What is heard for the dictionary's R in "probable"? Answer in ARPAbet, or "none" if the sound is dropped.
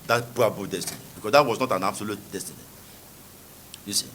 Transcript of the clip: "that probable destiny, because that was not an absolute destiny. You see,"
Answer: none